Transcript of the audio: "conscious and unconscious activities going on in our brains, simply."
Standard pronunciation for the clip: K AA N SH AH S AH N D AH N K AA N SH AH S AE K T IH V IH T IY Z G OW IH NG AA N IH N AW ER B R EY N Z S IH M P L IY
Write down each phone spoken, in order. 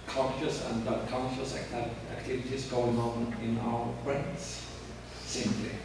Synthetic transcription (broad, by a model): K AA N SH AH S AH N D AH K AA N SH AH S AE K T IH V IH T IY S G OW IH NG AA N IH N AW ER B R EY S S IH M P L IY